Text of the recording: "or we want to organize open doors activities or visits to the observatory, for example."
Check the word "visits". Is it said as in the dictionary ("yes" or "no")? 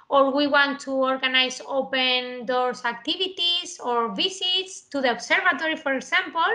no